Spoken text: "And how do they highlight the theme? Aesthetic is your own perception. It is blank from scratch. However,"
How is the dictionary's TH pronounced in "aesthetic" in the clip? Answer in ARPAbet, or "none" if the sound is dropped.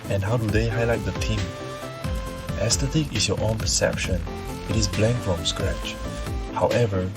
T